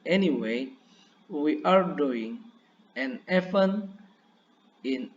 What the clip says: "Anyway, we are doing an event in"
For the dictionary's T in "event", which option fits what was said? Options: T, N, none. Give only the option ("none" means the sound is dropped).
none